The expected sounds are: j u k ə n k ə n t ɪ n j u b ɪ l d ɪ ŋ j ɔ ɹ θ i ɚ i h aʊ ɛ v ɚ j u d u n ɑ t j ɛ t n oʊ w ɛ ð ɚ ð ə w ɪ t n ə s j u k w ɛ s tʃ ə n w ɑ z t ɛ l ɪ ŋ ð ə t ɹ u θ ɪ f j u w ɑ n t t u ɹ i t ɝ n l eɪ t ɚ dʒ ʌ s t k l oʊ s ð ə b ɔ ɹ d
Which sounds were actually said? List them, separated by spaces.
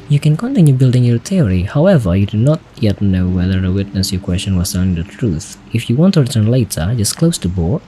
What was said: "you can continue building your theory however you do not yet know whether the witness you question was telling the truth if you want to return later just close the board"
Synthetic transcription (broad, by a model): j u k ə n k ə n t ɪ n j u b ɪ l d ɪ ŋ j ɔ ɹ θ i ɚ i h aʊ ɛ v ɚ j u d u n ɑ t j ɛ t n oʊ w ɛ ð ɚ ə w ɪ t n ə s j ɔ k w ɛ s tʃ ə n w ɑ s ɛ n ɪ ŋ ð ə t ɹ u θ ɪ f j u w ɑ n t t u ɹ i t ɝ n l eɪ t ɚ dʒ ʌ s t k l oʊ s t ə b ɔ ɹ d